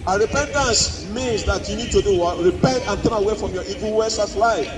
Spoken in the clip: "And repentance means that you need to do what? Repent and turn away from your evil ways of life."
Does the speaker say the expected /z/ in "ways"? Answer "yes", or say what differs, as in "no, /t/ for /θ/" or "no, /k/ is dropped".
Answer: no, /s/ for /z/